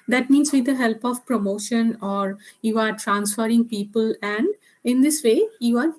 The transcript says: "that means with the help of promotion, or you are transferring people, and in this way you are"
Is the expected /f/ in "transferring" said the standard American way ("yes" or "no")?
yes